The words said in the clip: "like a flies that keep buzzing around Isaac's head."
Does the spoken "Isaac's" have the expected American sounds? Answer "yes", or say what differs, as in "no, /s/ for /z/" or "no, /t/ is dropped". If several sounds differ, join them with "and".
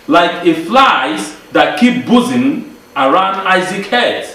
no, /s/ is dropped